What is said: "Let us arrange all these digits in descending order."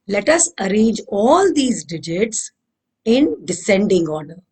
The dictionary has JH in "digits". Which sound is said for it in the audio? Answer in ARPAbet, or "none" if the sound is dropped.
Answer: JH